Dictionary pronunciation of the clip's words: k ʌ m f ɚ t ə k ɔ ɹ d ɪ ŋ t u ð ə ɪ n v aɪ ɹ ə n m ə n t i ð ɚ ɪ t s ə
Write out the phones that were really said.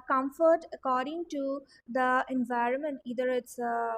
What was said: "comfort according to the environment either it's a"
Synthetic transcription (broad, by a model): k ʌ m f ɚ t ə k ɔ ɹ d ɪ ŋ t u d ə ɪ n v aɪ ɹ ə n m ə n t i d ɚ ɪ t s